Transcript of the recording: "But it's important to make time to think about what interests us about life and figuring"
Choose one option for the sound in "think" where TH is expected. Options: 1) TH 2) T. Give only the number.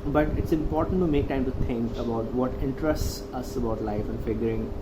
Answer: 2